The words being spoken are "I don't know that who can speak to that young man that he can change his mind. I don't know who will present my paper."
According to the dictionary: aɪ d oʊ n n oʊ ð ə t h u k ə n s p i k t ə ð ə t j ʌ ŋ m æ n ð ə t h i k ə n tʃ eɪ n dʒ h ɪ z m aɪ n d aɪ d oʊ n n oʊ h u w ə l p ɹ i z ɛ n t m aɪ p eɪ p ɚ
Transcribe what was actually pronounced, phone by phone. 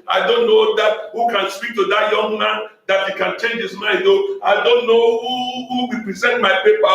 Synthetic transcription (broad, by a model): aɪ d oʊ n n oʊ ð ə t h u k ə n s p i k t ə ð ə t j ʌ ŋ m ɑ n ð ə t h i k ə n tʃ eɪ n dʒ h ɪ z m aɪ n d aɪ d oʊ n n oʊ h u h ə w p ɹ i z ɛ n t m aɪ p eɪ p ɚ